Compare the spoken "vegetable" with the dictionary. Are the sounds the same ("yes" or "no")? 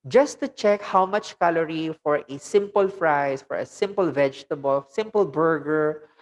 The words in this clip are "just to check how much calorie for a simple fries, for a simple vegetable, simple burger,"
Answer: yes